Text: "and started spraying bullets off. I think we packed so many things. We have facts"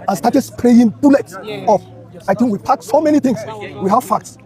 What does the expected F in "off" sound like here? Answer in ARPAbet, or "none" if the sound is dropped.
P